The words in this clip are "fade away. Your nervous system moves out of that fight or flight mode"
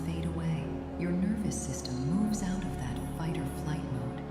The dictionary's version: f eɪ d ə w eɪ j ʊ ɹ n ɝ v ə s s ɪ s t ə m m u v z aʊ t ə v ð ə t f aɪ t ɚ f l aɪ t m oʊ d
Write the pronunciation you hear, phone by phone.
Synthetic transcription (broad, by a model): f eɪ d ə w eɪ j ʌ ɹ n ɝ v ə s s ɪ s t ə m m u v z aʊ t ə v ð ə t f aɪ t ɚ f l aɪ t m oʊ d